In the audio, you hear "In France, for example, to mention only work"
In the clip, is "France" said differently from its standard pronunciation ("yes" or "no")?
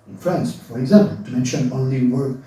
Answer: no